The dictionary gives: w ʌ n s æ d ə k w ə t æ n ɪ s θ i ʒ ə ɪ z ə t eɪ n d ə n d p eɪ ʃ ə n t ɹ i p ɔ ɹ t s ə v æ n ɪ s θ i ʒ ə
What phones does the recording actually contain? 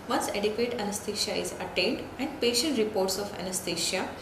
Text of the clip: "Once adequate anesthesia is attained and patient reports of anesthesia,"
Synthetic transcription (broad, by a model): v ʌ n s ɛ d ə k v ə t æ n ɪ s t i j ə ɪ z ə t eɪ n d ə n d p eɪ ʃ ə n t ɹ i p ɔ ɹ t s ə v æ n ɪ s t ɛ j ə